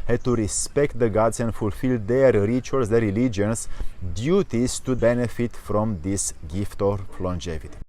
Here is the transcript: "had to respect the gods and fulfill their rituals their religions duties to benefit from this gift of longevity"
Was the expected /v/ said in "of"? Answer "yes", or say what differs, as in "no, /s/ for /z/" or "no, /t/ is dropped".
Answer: no, /p/ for /v/